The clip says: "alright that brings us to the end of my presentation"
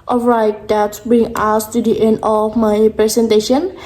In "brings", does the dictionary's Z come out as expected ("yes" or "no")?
no